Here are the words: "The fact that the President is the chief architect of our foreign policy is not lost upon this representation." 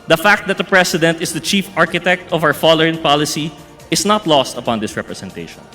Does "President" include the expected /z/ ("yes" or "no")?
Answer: no